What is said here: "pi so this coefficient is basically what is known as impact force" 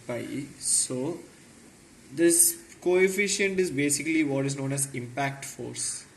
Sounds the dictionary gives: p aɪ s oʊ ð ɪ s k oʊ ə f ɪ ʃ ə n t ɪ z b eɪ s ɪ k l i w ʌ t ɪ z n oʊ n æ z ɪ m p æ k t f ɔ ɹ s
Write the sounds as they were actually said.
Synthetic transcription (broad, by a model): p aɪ s oʊ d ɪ s k oʊ ə f ɪ ʃ ə n t ɪ z b eɪ s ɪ k l i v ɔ t ɪ z n oʊ n æ z ɪ m p æ k t f ɔ ɹ s